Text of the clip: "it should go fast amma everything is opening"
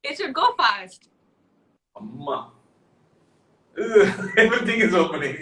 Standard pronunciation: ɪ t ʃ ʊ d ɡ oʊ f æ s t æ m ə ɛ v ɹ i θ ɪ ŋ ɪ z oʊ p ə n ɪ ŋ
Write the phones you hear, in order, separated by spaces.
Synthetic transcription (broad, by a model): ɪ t s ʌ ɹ ɡ oʊ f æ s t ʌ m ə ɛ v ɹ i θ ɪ ŋ ɪ z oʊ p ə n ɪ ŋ